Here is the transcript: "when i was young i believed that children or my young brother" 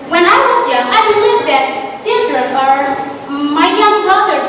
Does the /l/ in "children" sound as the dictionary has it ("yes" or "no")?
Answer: yes